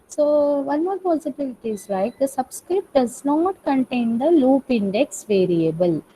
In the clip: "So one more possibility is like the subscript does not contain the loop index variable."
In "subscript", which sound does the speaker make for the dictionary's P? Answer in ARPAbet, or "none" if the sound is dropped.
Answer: P